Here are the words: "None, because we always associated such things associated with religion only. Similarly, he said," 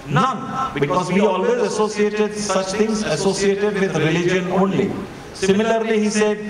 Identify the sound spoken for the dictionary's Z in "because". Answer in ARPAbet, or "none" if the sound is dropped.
Z